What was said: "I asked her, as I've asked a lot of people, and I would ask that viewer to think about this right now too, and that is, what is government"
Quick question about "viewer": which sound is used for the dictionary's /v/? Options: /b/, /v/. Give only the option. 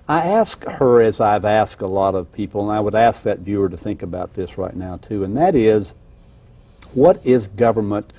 /v/